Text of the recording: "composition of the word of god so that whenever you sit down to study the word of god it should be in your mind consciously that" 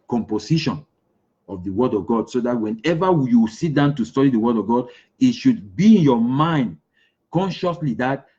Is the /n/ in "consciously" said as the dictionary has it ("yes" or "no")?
yes